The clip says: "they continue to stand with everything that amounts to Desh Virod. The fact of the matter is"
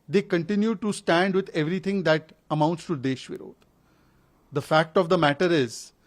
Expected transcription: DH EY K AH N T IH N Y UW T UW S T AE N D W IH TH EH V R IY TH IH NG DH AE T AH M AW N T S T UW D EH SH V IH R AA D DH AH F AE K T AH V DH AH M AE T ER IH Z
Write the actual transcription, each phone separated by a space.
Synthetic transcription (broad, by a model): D EY K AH N T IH N Y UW T UW S T AE N D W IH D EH V R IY T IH NG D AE T AH M AW N T S T UW D EH SH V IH R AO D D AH F AE K T AH V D AH M AE T ER IH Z